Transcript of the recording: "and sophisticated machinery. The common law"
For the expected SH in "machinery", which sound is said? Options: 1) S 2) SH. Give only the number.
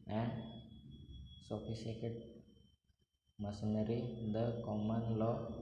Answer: 1